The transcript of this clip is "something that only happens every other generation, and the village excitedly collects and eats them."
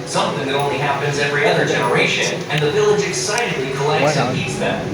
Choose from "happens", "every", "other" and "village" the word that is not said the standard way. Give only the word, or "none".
none